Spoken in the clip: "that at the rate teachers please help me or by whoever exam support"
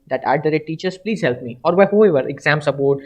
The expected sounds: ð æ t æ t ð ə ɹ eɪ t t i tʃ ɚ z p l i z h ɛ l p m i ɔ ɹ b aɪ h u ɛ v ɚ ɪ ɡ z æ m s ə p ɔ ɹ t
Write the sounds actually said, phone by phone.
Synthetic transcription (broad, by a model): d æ t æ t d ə ɹ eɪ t t i tʃ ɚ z p l i z h ɛ l p m i ɔ ɹ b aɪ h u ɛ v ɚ ɪ ɡ z æ m s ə p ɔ ɹ t